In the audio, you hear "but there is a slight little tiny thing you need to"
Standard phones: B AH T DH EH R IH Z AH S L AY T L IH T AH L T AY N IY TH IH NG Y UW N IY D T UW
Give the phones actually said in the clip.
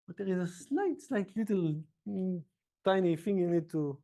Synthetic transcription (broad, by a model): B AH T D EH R IH Z AH S L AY T L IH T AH L T AY N IY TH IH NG Y UW N IY D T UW